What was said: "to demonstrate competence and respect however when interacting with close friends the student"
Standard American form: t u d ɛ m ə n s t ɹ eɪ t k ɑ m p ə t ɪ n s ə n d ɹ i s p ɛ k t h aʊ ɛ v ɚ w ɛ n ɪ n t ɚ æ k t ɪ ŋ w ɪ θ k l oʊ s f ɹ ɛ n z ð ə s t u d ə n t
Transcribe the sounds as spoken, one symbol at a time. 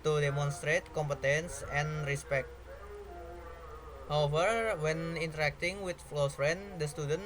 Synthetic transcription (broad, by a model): t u d ɛ m ə n s t ɹ eɪ t k ɑ m p ə t ɪ n s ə n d ɹ i s p ɛ k t h aʊ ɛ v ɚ w ɛ n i n t ɚ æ k t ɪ ŋ w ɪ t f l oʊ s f ɹ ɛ n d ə s t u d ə n